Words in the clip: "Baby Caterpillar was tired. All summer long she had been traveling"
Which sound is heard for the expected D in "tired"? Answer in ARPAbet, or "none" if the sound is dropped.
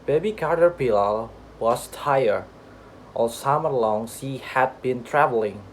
none